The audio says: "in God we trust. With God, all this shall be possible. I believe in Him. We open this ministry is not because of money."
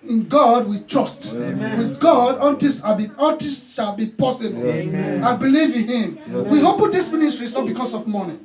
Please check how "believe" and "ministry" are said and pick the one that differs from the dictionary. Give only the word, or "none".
none